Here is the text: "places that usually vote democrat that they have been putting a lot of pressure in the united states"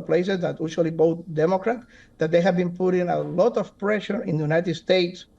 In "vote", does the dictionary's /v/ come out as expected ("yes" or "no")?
no